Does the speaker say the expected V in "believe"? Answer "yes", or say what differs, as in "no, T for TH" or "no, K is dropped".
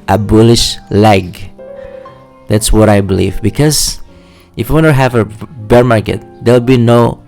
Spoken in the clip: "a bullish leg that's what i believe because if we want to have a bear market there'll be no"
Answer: yes